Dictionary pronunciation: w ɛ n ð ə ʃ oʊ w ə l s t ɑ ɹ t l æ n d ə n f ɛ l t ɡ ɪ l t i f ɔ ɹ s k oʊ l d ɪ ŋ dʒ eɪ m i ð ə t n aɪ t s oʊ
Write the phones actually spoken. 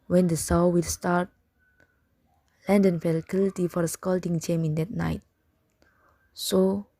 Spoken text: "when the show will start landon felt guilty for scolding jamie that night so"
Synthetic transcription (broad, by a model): w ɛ n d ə s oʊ w ə l s t ɑ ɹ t l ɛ n d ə n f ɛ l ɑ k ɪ l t i f ɔ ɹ s k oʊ l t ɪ ŋ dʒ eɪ m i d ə t n aɪ t s oʊ